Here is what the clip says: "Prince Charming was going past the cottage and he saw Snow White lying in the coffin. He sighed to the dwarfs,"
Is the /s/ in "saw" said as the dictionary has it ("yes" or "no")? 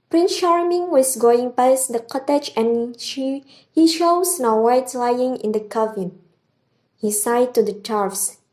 no